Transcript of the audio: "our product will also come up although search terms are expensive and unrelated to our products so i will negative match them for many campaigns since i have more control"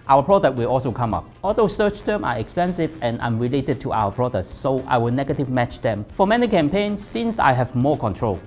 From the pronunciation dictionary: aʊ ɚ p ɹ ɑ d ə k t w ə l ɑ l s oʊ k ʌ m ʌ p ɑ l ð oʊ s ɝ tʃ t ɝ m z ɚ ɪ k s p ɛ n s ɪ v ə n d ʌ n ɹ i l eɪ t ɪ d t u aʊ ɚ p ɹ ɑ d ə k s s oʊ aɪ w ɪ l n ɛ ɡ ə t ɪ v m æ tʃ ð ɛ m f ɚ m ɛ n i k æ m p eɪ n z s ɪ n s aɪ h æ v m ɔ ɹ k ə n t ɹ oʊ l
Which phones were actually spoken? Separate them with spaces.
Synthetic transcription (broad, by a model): aʊ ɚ p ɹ ɑ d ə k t w ə l ɑ l s oʊ k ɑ m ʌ p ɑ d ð oʊ s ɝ tʃ t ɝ m ɚ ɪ k s p ɛ n s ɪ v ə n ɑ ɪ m ɹ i l eɪ t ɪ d t u aʊ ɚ p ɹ ɑ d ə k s s oʊ aɪ w ɪ l n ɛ ɡ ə t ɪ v m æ tʃ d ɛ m f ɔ m ɛ n i k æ m p eɪ n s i n s aɪ h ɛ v m ɔ k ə n t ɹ oʊ l